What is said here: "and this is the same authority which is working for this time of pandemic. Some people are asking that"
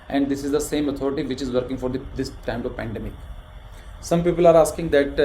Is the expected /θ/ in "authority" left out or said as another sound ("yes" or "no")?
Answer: yes